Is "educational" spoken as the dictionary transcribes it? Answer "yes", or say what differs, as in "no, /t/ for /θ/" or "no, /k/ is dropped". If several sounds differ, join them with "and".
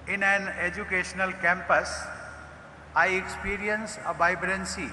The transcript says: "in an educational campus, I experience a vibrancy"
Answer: yes